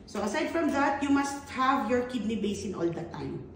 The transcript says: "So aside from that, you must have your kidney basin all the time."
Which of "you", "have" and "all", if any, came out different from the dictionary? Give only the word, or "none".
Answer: none